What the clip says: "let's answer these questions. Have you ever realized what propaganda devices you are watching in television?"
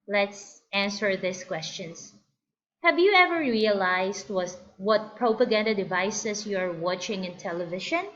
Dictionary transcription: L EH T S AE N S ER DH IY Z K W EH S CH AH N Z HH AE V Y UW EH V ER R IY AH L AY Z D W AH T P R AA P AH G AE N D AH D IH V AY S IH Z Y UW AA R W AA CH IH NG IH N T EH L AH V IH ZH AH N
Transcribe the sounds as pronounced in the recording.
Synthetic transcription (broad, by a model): L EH T S AE N S ER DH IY S K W EH S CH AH N S HH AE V Y UW EH V ER R IY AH L AY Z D W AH T P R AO P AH G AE N D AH D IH V AY S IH S Y UW AA R W AA CH IH NG IH N T EH L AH V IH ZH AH N